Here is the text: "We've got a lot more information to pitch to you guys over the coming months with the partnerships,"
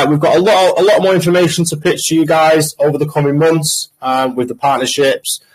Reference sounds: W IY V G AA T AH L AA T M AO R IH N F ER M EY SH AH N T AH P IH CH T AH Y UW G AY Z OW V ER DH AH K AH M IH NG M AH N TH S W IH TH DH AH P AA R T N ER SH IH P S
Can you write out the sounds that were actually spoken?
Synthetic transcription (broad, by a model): W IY V G AA T AH L AA T M AO R IH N F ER M EY SH AH N T AH P IH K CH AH Y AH G AY Z OW V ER DH AH K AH M IH NG M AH N TH S W IH DH AH P AA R T N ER SH IH P S